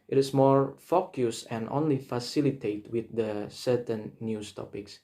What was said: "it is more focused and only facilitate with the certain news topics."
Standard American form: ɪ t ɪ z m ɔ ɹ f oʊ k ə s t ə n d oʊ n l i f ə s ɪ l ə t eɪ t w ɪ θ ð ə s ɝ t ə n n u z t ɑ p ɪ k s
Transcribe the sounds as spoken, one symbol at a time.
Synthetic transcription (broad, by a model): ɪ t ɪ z m ɔ ɹ f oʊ k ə s ə n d oʊ n l i f ə s ɪ l ə t eɪ t w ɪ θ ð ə s ɝ t ə n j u s t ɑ p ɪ k s